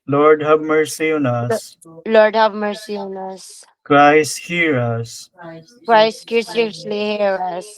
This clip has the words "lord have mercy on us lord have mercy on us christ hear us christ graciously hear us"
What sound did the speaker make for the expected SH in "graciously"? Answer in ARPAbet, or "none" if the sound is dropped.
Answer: S